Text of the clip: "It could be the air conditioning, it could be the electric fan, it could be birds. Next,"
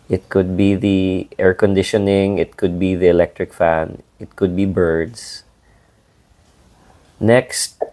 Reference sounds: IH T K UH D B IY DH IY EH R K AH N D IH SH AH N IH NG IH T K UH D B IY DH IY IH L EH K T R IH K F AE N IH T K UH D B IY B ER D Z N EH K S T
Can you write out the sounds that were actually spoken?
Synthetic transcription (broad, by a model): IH T K UH D B IY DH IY EH R K AH N D IH SH AH N IH NG IH T K UH D B IY DH IY IH L EH K T R IH K F AE N IH T K UH D B IY B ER D S N EH K S T